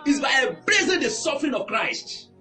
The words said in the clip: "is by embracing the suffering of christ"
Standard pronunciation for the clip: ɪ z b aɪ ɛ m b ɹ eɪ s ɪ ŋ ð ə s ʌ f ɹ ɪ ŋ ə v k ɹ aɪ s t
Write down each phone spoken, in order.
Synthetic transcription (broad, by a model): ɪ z b aɪ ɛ b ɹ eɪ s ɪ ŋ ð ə s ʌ f ɹ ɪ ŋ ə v k ɹ aɪ s t